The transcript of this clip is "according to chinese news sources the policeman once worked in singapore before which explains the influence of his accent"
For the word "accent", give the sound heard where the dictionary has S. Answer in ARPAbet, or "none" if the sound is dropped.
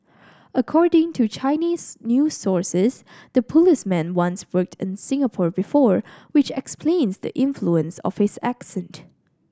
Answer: S